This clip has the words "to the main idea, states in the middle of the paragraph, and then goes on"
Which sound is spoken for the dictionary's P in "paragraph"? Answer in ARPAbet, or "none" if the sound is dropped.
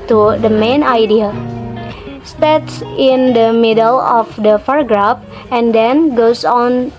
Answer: F